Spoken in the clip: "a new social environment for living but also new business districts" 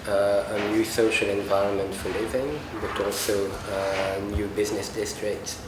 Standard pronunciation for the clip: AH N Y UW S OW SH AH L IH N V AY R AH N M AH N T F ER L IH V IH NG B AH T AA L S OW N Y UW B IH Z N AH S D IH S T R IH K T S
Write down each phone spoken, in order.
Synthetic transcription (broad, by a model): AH N Y UW S OW SH AH L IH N V AY R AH N M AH N T F ER L IH V IH NG B AH T AA L S OW N Y UW B IH Z N AH S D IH S T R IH K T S